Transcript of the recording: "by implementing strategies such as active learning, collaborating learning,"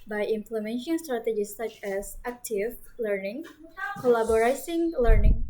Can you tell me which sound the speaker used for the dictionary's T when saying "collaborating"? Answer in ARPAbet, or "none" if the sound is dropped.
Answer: S